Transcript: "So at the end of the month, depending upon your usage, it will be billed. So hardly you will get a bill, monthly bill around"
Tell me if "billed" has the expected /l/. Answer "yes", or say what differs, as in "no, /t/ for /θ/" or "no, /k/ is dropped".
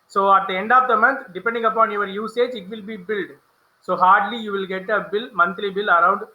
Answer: yes